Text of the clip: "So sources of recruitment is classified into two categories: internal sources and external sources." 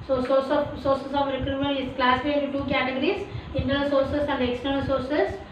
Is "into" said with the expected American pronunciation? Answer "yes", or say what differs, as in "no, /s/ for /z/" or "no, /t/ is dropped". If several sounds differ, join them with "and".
no, /n/ is dropped